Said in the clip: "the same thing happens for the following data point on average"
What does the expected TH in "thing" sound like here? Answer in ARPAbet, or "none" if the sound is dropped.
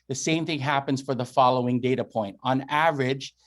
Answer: TH